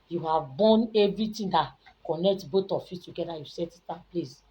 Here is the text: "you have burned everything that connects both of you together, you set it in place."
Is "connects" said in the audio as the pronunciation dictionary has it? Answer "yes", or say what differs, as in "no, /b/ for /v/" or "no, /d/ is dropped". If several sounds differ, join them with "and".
no, /s/ is dropped